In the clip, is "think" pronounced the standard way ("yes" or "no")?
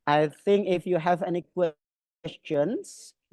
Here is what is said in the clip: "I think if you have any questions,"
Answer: yes